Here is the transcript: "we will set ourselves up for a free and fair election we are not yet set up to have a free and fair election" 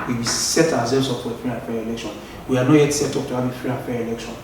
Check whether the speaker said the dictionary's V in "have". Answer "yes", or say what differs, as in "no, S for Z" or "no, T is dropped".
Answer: no, B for V